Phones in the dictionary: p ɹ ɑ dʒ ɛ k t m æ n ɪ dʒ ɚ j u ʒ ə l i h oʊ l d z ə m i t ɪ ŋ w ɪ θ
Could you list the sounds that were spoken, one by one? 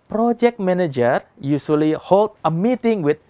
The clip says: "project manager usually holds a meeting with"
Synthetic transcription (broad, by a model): p ɹ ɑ dʒ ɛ k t m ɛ n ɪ dʒ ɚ j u s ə l i h oʊ l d ə m i t ɪ ŋ w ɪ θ